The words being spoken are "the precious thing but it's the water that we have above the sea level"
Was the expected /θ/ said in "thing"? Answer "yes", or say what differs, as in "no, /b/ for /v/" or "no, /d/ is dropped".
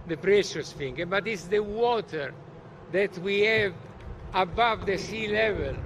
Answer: no, /f/ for /θ/